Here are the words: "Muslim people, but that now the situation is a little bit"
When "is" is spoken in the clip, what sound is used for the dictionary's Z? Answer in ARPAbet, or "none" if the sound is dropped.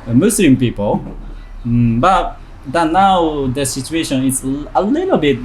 S